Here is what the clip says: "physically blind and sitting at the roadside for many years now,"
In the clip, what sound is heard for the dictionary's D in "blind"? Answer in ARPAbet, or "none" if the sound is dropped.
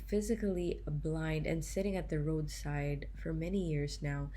D